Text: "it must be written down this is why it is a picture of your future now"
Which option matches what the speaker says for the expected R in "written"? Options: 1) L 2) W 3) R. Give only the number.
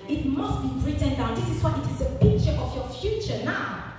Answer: 3